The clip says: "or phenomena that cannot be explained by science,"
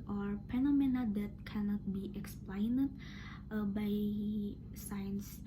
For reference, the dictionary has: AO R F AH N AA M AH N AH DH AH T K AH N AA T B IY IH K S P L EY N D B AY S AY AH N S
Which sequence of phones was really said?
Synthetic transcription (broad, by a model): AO R P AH N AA M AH N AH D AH T K AH N AA T B IY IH K S P L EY N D B AY S AY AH N S